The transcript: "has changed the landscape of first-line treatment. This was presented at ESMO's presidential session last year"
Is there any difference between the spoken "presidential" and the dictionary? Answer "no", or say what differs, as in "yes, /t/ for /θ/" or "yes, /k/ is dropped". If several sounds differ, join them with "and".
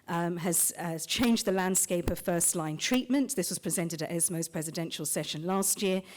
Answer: no